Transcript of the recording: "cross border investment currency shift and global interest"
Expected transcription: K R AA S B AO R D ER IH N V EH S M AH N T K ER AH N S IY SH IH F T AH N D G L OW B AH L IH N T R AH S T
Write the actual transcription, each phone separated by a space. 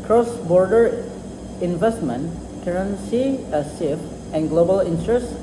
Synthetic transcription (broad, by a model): K R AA S B AO R D ER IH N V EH S M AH N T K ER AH N S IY S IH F AH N G L OW B AH L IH N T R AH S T